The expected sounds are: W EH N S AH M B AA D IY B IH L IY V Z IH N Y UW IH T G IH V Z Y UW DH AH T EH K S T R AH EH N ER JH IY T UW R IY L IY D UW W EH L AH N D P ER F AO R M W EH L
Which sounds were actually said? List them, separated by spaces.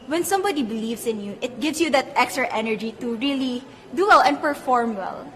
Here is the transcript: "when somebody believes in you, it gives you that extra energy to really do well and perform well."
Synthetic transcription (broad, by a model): W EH N S AH M B AA D IY B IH L IY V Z IH N Y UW IH T G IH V S Y UW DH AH T EH K S T R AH EH N ER JH IY T UW R IY L IY D UW W EH L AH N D P ER F AO R M W EH L